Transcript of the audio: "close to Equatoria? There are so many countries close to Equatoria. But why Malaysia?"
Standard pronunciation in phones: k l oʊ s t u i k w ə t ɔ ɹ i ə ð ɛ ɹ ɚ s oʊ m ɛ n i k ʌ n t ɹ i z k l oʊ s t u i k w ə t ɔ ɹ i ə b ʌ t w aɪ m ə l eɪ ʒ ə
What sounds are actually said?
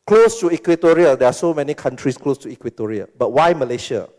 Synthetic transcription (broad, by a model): k l oʊ s t u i k w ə t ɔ ɹ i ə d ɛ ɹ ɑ s oʊ m ɛ n i k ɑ n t ɹ i s k l oʊ s t u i k w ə t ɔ ɹ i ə b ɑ t w aɪ m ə l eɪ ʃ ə